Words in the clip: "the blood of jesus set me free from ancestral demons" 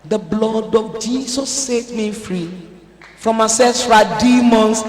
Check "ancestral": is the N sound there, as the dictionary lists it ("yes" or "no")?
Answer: no